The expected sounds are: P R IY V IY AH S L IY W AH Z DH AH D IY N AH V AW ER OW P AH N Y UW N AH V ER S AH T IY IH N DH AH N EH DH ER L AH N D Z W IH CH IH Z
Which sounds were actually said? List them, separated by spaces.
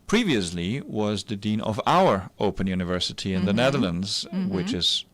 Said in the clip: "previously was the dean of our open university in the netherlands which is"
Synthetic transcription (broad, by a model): P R IY V IY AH S L IY W AH Z DH AH D IY N AH V AW ER OW P AH N Y UW N AH V ER S AH T IY IH N DH AH N EH DH ER L AH N D Z W IH CH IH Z